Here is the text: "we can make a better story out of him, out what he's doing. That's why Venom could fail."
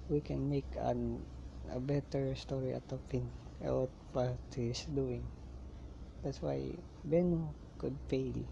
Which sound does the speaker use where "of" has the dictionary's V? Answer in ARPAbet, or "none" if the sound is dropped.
P